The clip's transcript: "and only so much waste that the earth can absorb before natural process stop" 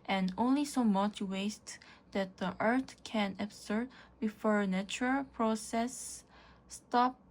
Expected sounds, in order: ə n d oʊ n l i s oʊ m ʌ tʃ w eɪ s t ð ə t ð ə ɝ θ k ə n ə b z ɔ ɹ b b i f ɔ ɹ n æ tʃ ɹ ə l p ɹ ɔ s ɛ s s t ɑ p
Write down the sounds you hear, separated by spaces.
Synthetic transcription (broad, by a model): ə n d oʊ n l i s oʊ m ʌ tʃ w eɪ s t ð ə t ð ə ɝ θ k ə n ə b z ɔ ɹ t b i f ɔ ɹ n æ tʃ ɹ ə l p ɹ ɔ s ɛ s s t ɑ p